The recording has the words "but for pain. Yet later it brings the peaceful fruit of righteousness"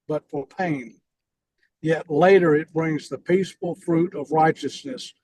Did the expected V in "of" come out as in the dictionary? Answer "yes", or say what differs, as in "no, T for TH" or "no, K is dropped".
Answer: yes